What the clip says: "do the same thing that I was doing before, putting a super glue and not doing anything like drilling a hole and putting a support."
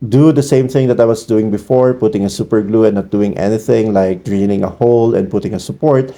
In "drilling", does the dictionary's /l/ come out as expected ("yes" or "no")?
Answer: no